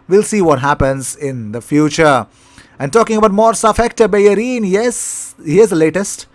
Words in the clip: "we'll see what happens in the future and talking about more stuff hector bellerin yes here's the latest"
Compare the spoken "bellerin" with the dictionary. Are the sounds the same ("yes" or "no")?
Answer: no